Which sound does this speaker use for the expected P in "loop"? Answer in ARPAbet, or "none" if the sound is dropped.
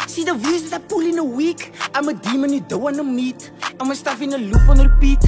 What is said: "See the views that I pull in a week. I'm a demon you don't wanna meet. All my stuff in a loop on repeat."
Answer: F